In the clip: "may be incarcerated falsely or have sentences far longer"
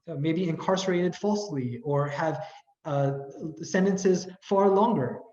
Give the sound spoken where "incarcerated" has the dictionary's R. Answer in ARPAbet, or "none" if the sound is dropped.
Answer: R